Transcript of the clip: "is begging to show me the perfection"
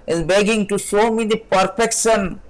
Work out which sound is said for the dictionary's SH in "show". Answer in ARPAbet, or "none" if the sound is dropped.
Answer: S